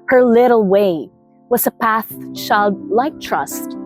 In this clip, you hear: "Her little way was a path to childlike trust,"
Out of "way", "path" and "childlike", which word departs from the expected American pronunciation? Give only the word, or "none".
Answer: none